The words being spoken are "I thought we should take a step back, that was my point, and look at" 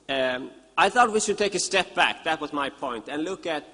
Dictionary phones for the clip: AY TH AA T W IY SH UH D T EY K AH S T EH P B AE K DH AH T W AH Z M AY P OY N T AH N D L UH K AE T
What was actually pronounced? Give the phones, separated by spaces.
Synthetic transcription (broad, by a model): AY TH AA T W IY SH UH D T EY K AH S T EH P B AE K DH AH T W AH Z M AY P OY N T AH N L UH K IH T